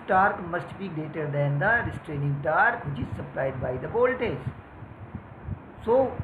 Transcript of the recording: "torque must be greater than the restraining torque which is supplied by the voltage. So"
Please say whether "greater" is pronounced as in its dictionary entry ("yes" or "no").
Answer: no